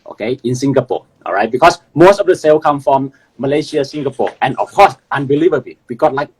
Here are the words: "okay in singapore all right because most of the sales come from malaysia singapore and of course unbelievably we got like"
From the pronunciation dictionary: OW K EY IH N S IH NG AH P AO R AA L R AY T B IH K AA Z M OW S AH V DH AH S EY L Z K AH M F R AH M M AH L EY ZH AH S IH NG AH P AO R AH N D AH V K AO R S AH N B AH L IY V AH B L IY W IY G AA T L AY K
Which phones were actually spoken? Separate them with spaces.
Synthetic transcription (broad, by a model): OW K EY IH N S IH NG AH P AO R AA L R AY T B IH K AA S M OW S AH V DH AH S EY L K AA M F R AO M M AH L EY SH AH S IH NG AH P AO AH N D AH F K AO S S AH N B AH L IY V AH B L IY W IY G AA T L AY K